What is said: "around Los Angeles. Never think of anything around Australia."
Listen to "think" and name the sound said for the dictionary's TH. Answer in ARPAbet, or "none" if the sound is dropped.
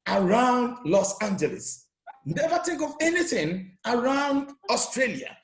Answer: T